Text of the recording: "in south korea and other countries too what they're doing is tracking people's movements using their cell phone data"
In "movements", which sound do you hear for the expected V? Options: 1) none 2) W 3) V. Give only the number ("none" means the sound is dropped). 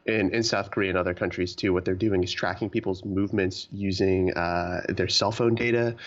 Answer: 3